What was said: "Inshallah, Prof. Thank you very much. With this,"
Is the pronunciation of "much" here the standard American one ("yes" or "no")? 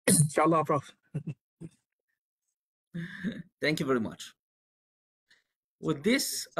yes